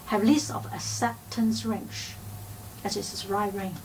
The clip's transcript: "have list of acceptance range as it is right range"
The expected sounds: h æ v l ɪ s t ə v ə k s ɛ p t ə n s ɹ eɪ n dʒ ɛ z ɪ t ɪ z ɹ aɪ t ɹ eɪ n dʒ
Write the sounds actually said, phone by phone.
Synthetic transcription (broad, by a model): h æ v l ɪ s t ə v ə s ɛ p t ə n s ɹ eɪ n tʃ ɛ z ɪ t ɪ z ɹ aɪ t ɹ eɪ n